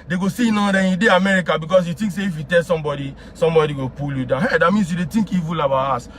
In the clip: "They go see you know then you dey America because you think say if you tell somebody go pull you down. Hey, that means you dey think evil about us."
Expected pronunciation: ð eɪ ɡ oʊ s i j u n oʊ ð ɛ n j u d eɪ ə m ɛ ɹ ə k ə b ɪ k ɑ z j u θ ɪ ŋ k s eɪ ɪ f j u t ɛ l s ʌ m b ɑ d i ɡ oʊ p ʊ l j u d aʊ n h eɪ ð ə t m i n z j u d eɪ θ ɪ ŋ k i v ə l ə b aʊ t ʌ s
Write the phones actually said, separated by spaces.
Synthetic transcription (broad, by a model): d eɪ ɡ oʊ s i n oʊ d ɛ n j u d eɪ ə m ɛ ɹ ə k ə b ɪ k ɑ s j u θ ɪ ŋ k s eɪ ɪ f j u t ɛ l s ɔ m b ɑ d i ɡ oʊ p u l j u d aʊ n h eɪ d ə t m i n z j u d eɪ t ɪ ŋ k i v ə l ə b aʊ ɑ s